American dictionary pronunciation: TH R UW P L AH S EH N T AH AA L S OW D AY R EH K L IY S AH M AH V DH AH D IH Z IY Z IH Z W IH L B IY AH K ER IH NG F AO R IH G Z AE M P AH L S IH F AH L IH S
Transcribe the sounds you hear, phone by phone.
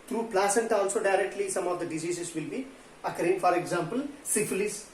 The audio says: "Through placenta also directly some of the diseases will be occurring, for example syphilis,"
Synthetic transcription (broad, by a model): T R UW P L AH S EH N T AA L S OW D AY R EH K L IY S AH M AH V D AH D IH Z IY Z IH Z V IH L B IY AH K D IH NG F AO R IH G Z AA M P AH L S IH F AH L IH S